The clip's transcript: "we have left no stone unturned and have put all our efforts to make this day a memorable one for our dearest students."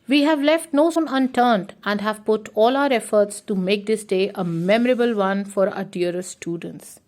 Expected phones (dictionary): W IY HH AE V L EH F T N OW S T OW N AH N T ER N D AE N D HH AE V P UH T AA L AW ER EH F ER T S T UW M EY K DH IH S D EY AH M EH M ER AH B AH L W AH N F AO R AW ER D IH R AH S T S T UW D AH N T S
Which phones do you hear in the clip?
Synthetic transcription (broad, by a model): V IY HH AE V L EH F T N OW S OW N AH N T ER N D AE N D HH AE V P UH T AA L AW ER EH F ER T S T UW M EY K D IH S D EY AH M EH M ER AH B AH L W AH N F AO R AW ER D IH AH T S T UW D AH N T S